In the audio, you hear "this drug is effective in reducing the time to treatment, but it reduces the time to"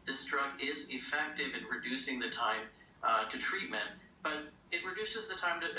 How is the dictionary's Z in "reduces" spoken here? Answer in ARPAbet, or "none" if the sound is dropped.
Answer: Z